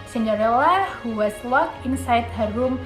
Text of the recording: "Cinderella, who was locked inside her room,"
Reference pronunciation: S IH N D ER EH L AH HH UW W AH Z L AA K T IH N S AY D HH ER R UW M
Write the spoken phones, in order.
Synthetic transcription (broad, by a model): S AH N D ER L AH HH UW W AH S L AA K IH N S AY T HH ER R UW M